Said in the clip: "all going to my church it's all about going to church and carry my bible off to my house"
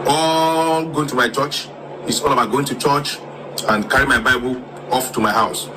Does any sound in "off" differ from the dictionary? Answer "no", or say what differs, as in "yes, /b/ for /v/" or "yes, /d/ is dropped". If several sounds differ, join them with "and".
no